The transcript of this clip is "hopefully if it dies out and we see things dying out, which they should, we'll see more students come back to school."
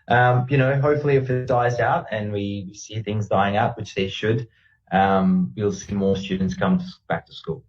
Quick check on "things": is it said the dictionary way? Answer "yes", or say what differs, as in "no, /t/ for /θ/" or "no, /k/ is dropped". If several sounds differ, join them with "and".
yes